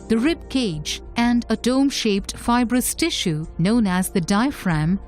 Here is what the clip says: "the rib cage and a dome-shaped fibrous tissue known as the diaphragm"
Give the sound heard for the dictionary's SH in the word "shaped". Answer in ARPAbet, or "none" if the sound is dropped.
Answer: SH